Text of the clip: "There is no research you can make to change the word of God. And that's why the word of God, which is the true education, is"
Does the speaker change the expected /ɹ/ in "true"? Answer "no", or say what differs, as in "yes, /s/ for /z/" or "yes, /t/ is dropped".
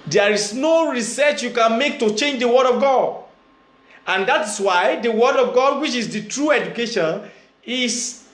no